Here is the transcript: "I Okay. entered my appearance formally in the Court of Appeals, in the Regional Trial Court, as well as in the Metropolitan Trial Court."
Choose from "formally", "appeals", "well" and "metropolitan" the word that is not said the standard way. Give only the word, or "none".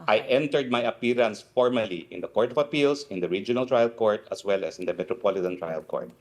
appeals